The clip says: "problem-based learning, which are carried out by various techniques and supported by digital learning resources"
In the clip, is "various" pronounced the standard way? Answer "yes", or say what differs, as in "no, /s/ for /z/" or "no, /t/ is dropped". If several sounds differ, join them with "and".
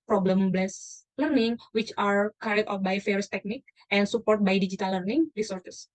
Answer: no, /f/ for /v/